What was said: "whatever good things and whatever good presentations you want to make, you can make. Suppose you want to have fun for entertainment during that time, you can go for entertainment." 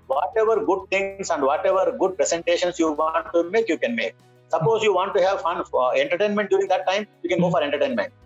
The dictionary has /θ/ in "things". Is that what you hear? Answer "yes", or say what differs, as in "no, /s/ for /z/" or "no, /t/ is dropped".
no, /t/ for /θ/